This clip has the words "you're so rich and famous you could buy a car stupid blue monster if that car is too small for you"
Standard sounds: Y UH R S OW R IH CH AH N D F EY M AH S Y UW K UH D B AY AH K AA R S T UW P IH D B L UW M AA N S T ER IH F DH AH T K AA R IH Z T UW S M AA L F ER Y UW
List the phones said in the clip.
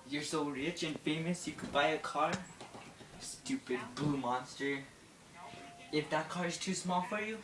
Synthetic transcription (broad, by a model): Y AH R S OW R IH CH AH N F EY M AH S Y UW K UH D B AY AH K AA R S T UW P IH D B L UW M AA N S T ER IH F DH AH T K AA R IH Z T UW S M AA L F ER Y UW